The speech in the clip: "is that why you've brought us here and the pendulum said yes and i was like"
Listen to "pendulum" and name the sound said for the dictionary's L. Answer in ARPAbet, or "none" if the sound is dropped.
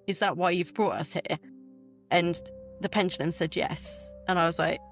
N